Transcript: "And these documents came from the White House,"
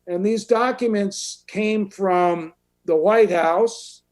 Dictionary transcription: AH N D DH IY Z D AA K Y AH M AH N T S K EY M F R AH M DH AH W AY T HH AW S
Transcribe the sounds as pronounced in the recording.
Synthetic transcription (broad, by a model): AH N DH IY Z D AA K Y AH M AH N T S K EY M F R AH M DH AH W AY T HH AW S